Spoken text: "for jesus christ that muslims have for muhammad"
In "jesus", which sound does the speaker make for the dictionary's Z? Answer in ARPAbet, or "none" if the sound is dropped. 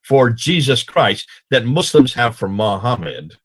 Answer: Z